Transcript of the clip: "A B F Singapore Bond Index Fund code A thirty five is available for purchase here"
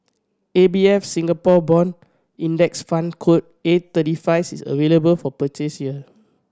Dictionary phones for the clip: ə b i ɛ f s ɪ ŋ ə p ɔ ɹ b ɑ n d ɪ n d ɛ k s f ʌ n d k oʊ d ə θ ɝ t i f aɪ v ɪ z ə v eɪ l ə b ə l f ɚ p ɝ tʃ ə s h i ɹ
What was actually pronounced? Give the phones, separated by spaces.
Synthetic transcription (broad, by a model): ə b i ɛ f s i ŋ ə p ɔ b ɑ n i n d ɛ k s f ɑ n k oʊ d ə t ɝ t i f aɪ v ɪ s ə v eɪ l ə b ə l f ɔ p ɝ tʃ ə s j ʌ